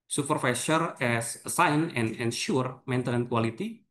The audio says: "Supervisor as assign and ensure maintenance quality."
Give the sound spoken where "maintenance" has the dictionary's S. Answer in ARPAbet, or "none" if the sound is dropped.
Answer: none